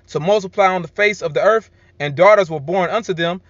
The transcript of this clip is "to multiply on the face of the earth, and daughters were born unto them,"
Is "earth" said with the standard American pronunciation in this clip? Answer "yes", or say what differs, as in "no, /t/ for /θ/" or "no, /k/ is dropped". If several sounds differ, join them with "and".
yes